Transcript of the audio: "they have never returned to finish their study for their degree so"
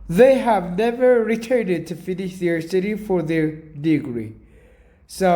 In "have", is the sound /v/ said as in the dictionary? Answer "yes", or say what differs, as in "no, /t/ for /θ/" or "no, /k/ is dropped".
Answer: yes